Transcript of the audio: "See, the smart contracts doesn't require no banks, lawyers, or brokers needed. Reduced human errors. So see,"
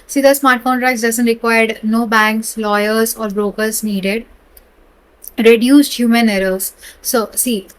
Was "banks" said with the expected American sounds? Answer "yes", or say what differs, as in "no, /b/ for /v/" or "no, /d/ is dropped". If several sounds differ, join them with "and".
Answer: yes